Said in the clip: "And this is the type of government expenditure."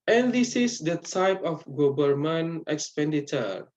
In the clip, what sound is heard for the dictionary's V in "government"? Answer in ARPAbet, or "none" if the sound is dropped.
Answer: B